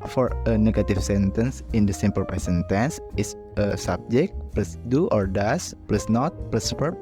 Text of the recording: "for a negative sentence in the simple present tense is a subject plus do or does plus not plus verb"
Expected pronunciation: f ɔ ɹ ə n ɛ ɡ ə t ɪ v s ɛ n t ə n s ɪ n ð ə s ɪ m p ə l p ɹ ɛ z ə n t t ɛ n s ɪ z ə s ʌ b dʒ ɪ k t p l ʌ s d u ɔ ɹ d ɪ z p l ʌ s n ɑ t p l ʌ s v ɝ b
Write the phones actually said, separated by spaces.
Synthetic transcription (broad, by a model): f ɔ ɹ ə n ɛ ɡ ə t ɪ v s ɛ n t ə n s ɪ n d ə s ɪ m p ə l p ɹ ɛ s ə n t t ɛ n s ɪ s ə s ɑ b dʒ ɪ k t p l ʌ s d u ɔ ɹ d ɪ s p l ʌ s n ɑ t p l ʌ s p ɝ